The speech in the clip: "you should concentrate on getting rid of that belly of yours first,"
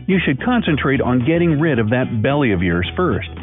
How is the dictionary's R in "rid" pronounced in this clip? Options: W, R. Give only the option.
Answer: R